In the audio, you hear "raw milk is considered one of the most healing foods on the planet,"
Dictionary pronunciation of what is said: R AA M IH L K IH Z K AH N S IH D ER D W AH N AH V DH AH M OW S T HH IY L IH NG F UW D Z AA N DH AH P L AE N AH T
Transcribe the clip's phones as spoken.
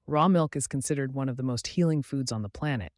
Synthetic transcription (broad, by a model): R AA M IH L K IH Z K N S IH D ER D W AH N AH V DH AH M OW S T HH IY L IH NG F UW D Z N DH AH P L AE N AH T